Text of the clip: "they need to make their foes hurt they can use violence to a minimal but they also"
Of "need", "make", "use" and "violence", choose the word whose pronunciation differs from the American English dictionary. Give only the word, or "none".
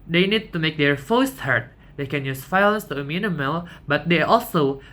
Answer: violence